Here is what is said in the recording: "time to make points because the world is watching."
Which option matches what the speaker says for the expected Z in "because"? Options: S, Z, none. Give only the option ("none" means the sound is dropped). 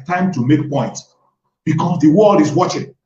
S